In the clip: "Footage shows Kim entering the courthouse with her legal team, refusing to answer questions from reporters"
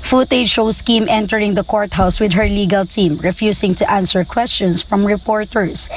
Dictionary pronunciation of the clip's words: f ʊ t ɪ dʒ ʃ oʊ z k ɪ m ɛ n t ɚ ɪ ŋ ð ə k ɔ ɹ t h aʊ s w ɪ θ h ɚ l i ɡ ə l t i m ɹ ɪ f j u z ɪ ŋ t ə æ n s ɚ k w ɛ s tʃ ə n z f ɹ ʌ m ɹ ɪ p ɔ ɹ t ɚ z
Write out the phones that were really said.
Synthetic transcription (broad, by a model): f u t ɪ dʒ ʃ oʊ s k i m ɛ n t ɚ ɪ ŋ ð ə k ɔ ɹ t h aʊ s w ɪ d h ɚ l i ɡ ə l t i m ɹ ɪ f j u s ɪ ŋ t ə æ n s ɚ k w ɛ s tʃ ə n s f ɹ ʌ m ɹ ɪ p ɔ ɹ t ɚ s